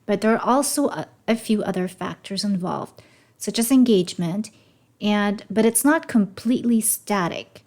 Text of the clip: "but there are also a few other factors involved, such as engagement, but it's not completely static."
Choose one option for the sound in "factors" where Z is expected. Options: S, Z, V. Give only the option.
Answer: Z